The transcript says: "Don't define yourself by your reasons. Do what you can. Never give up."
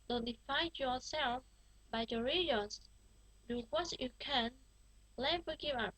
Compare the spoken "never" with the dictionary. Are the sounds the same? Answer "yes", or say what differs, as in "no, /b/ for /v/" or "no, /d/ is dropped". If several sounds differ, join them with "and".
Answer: no, /l/ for /n/